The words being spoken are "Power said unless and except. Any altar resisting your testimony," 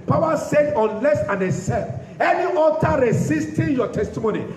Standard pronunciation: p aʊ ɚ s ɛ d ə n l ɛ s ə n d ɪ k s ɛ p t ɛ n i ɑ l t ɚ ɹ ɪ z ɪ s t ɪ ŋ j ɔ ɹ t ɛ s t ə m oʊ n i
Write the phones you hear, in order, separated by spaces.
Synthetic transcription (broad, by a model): p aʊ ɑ s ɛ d ə n l ɛ s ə n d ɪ s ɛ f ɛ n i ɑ t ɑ ɹ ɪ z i s t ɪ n j ɔ t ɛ s t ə m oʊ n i